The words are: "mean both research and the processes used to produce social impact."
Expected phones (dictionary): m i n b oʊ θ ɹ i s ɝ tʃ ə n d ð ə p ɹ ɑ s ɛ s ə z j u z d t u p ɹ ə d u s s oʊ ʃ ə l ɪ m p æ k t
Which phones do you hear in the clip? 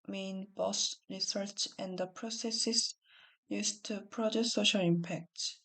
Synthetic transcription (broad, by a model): m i n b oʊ s ɹ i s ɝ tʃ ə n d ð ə p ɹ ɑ s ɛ s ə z j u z t u p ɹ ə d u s s oʊ ʃ ə l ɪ m p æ k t